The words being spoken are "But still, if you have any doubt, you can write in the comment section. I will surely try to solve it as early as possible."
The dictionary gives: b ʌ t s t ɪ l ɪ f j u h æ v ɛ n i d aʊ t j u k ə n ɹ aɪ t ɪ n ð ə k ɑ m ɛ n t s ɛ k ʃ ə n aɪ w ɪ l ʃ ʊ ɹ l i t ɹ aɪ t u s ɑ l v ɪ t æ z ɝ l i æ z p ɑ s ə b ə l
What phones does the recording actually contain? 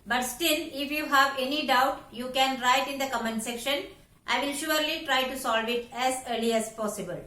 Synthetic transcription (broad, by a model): b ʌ t s t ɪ n ɪ f j u h æ v ɛ n i d aʊ t j u k ə n ɹ aɪ t ɪ n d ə k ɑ m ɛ n s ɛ k ʃ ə n aɪ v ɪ l ʃ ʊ ɹ l i t ɹ aɪ t u s ɑ l v ɪ t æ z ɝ l i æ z p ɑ s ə b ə l